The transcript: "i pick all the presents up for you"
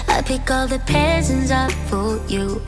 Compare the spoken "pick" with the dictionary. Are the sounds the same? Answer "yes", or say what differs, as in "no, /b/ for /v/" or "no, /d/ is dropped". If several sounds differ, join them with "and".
yes